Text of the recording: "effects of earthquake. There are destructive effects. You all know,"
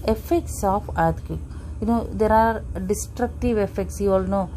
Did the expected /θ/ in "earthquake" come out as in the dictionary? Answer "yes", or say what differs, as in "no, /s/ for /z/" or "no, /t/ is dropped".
no, /t/ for /θ/